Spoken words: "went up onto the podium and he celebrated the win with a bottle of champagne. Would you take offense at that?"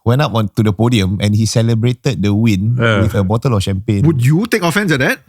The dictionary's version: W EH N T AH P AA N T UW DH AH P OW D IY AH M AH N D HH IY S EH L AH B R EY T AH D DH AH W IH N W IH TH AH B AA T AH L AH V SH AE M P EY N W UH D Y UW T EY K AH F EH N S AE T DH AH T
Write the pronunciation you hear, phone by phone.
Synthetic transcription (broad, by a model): W EH N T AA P AA N T UW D AH P OW D IY AH M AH N HH IY S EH L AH B R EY T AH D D AH W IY N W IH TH AH B AA T AH L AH F SH AE M P EY N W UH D Y UW T EY K AH F EH N S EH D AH T